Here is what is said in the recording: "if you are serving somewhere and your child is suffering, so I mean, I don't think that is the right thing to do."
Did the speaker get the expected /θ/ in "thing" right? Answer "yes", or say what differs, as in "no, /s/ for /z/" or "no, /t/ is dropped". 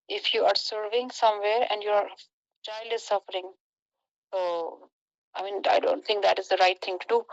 no, /t/ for /θ/